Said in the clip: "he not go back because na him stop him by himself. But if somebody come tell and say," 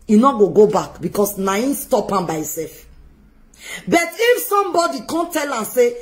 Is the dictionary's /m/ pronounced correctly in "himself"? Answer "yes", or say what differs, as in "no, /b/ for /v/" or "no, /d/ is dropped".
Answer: no, /m/ is dropped